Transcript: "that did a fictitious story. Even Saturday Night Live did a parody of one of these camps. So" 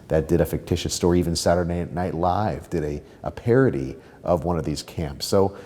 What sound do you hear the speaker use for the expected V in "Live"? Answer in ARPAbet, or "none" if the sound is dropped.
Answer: V